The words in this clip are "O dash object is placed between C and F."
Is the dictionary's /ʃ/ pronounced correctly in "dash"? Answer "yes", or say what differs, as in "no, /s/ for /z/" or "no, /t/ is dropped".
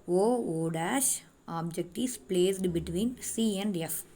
yes